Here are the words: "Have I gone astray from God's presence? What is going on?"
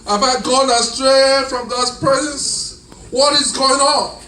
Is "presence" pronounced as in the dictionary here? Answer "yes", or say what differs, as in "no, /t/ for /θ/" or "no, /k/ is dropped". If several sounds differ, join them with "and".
yes